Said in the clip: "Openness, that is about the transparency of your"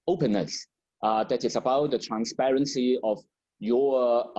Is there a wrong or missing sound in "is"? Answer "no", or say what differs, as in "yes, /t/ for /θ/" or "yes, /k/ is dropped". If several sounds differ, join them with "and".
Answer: yes, /s/ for /z/